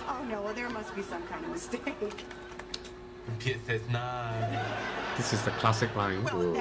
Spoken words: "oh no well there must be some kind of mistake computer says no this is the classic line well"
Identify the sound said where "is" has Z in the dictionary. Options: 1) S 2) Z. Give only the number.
2